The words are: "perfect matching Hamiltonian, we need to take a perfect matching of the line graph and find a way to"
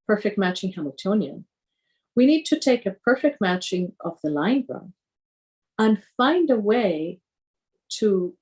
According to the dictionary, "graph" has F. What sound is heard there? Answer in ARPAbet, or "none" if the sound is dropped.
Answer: none